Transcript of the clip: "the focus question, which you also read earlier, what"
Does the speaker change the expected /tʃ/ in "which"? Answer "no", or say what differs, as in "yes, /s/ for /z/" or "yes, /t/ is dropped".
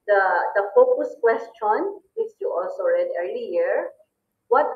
yes, /s/ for /tʃ/